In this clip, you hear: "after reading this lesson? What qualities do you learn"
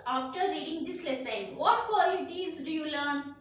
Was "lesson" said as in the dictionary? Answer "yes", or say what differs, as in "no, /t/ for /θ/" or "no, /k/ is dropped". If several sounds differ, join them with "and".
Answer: yes